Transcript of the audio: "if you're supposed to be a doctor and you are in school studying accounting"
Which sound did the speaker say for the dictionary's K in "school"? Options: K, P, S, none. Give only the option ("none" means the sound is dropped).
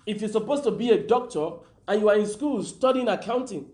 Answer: K